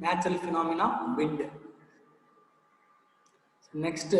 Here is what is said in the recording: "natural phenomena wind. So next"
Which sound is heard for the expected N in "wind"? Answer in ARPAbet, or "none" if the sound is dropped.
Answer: none